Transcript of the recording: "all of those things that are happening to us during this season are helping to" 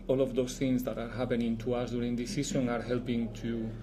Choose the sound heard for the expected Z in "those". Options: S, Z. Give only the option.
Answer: S